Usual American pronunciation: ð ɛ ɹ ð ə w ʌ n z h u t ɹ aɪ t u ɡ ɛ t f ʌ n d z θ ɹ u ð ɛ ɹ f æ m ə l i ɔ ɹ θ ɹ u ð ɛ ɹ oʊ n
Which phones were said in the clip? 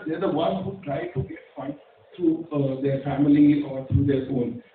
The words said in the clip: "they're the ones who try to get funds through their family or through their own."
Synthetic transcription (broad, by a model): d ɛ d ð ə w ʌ n h u t ɹ aɪ t u ɡ ɛ t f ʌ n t ɹ u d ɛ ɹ f æ m ə l i ɔ ɹ t ɹ u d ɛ ɹ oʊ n